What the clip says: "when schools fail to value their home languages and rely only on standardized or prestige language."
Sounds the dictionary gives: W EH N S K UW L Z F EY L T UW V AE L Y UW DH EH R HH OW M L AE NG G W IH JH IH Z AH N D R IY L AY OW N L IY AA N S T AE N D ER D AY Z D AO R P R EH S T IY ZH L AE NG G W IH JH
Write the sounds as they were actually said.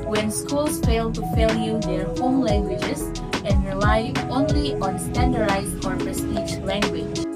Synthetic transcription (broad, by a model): W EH N S K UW L S F EY L T UW F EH L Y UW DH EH R HH OW M L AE NG G W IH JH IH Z AH N D R IY L AY OW N L IY AA N S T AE N D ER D AY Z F AO R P R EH S T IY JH L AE NG G W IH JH